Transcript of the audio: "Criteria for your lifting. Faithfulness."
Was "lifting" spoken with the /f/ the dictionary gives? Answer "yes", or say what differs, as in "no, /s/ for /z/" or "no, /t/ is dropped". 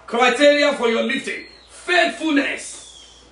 no, /f/ is dropped